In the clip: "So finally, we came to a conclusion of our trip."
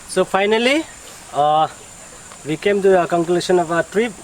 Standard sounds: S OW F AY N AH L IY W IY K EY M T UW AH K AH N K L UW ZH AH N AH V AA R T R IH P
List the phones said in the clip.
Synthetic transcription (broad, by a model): S OW P AY N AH L IY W IY K EY M T UW AH K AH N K L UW S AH N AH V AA T R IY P